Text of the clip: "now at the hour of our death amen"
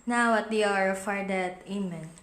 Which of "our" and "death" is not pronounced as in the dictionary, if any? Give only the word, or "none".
death